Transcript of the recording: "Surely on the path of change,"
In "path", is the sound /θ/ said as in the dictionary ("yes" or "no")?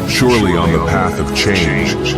yes